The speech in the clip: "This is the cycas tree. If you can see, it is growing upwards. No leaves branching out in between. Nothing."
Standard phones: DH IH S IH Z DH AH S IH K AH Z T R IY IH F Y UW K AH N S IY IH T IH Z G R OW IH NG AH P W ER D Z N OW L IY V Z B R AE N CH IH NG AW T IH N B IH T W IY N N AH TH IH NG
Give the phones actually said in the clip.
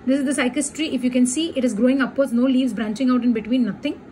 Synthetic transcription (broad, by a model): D IH S IH Z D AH S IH K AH S T R IY IH F Y UW K AH N S IY IH T IH Z G R OW IH NG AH P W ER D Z N OW L IY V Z B R AE N CH IH NG AW T IH N B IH T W IY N N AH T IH NG